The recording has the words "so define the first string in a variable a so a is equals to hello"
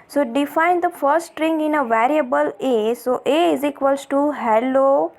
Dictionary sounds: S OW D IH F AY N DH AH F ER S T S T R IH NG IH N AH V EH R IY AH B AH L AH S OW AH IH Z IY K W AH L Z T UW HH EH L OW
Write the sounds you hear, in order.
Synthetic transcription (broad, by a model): S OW D IH F AY N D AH F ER T S T R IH NG IH N AH V EH R IY AH B AH L AH S OW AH IH Z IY K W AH L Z T UW HH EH L OW